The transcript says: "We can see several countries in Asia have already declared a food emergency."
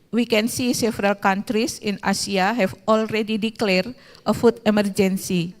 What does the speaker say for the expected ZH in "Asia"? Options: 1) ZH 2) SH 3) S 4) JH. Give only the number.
3